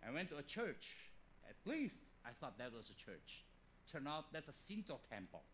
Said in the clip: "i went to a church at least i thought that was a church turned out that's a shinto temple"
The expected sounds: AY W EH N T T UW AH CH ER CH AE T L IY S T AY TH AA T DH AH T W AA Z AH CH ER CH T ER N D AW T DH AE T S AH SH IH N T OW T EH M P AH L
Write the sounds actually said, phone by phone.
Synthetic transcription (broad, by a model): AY W EH N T T UW AH CH ER CH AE T L IY S T AY TH AA T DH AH T W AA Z AH CH ER CH T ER N AW T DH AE T S AH S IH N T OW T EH M P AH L